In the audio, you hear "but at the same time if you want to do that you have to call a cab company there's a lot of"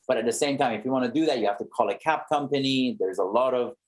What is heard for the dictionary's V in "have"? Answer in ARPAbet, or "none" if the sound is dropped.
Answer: F